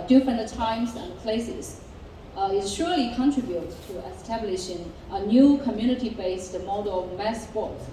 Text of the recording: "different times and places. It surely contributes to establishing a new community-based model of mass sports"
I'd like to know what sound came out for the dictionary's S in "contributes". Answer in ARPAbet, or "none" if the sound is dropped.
none